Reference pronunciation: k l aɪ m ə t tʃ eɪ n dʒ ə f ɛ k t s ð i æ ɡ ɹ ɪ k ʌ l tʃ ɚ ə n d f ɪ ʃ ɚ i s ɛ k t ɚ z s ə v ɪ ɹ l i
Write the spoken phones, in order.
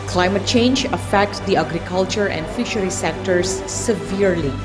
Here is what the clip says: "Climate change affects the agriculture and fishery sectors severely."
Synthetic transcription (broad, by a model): k l aɪ m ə t tʃ eɪ n dʒ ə f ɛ k t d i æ ɡ ɹ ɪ k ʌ l tʃ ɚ ə n d f ɪ ʃ ɚ i s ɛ k t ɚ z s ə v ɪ ɹ l i